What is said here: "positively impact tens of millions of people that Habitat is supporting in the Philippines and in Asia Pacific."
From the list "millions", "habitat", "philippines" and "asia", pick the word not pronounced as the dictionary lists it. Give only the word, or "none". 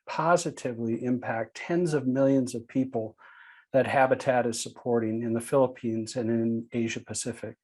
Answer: none